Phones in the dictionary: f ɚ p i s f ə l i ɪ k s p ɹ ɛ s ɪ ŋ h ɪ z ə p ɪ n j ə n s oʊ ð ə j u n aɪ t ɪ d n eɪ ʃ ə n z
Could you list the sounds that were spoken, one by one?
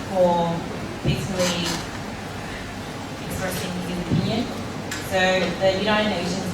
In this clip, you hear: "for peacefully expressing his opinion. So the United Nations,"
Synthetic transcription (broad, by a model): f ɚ b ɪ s ə l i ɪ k s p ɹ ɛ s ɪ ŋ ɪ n ə p ɪ n j ə n s oʊ ð ə j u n aɪ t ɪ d n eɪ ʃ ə n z